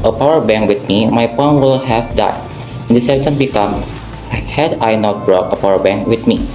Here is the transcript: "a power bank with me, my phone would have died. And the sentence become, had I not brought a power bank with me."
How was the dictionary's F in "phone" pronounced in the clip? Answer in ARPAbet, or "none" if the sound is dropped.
P